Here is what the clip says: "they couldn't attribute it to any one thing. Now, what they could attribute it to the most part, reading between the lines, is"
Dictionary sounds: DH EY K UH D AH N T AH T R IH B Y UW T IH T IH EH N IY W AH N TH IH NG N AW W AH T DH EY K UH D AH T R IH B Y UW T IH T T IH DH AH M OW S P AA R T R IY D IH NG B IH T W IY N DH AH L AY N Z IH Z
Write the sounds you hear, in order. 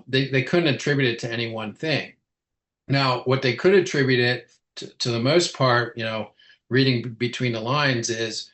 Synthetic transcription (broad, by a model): DH EY K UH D N T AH T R IH B Y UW T IH T IH EH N IY W AH N TH IH NG N AW W AH T DH EY K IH D AH T R IH B Y UW T IH T T IH DH AH M OW S P AA R T R IY D IH NG B IH T W IY N DH AH L AY N Z IH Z